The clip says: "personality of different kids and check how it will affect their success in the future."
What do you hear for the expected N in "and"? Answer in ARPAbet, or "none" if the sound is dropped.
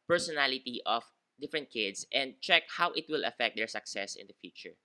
N